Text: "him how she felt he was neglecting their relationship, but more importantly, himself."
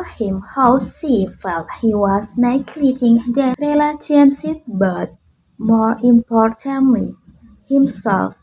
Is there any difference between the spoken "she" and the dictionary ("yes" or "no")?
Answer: yes